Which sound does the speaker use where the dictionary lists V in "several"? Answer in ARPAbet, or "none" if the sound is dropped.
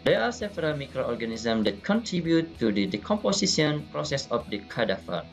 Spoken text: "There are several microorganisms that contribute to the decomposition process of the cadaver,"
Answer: P